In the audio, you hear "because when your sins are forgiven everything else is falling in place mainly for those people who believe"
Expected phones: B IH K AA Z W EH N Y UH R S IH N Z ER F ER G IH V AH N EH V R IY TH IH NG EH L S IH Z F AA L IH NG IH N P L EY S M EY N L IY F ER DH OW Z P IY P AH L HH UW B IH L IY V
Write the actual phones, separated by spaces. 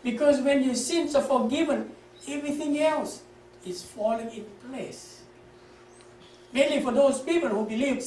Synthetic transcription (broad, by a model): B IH K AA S W EH N Y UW S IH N S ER F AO G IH V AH N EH V R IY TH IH NG EH L S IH S F AA L IH NG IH N P L EY S M EY N L IY F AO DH OW S P IY P AH L HH UW B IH L IY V